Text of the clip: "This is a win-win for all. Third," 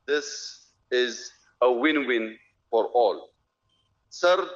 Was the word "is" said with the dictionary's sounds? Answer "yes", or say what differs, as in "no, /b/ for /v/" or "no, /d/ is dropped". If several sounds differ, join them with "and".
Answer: yes